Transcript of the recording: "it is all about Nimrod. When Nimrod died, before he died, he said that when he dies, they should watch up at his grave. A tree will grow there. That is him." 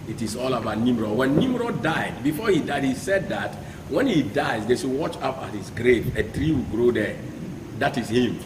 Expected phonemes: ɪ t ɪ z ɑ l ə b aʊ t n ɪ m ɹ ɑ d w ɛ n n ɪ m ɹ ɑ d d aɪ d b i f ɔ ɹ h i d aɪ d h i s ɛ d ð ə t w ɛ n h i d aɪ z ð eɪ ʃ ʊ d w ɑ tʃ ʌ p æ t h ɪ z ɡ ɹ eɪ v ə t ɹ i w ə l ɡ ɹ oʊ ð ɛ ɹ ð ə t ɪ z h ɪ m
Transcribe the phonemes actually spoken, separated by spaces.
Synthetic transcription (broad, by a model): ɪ t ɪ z ɑ l ə b aʊ t n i m ɹ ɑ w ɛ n n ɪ m ɹ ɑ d d aɪ d b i f ɔ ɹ h i d aɪ d h i s ɛ d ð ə t w ɛ n h i d aɪ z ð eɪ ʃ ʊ w ɑ tʃ ʌ p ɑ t h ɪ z ɡ ɹ eɪ v ə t ɹ i w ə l ɡ ɹ oʊ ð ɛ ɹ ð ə t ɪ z h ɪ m